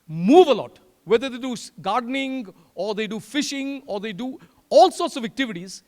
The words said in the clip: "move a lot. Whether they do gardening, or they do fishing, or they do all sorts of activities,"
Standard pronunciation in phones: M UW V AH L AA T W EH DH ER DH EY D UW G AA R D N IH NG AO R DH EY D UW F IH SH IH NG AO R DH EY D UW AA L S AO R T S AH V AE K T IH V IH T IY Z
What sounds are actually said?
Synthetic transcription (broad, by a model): M UW V AH L AA T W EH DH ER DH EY D UW G AA R D N IH NG AO R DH EY D UW F IH SH IH NG AO R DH EY D UW AA L S AO R T S AH V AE K T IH V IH T IY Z